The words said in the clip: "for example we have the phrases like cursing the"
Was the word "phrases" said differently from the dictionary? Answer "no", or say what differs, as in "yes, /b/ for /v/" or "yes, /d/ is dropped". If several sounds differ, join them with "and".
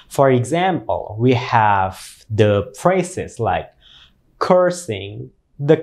yes, /p/ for /f/ and /s/ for /z/